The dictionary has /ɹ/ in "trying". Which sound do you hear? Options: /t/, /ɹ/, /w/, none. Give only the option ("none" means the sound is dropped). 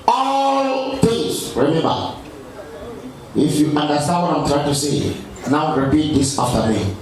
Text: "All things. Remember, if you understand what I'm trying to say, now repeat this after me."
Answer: /ɹ/